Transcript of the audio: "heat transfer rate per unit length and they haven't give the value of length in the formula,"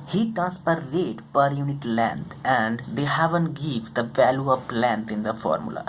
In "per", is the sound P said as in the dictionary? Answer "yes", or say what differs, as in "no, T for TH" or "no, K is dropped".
yes